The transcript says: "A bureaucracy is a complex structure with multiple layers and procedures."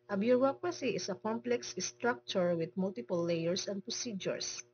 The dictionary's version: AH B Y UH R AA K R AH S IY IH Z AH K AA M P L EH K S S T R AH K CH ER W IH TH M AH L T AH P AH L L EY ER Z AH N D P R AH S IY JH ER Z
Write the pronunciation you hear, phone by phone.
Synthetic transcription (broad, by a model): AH B Y UH R AA K R AH S IY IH S AH K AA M P L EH K S S T R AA K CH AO W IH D M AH L T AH P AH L L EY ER S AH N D P R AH S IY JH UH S